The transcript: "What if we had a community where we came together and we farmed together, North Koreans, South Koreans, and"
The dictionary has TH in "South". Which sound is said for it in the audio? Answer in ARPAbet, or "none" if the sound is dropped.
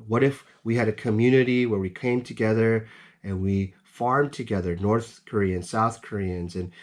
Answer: TH